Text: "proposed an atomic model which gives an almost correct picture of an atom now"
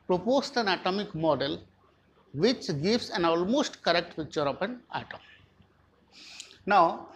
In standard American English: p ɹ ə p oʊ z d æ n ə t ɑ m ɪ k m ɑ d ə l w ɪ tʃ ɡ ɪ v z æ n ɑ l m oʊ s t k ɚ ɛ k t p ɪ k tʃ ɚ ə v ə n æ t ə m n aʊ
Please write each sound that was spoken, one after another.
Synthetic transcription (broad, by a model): p ɹ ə p oʊ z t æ n ə t ɑ m ɪ k m ɑ d ə l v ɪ tʃ ɡ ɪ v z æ n ɑ l m oʊ s t k ɚ ɛ k t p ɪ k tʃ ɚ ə p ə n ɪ t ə m n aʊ